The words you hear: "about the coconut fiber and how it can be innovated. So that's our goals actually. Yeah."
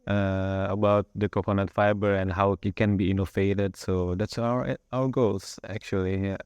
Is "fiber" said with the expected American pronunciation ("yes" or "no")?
yes